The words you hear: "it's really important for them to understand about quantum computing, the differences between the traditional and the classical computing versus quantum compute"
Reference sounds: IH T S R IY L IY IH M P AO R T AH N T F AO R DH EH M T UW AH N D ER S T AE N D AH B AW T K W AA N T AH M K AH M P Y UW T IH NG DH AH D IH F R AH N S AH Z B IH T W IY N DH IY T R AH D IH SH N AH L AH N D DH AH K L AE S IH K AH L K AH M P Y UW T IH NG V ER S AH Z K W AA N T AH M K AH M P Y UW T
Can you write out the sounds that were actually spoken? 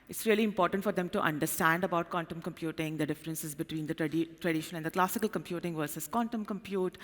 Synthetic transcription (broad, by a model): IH T S R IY L IY IH M P AO R T AH N T F AO R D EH M T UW AH N D ER S T AE N D AH B AW T K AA N T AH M K AH M P Y UW T IH NG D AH D IH F R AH N S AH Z B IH T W IY N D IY T R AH D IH SH AH N AH N D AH K L AE S IH K AH L K AH M P Y UW T IH NG V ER S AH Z K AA N T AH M K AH M P Y UW T